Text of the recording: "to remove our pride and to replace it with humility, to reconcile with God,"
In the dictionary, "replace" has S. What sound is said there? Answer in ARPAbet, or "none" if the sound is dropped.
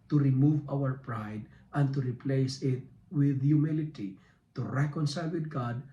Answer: S